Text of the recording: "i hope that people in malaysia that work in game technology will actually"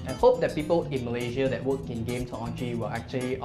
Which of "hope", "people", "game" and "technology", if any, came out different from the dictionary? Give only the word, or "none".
technology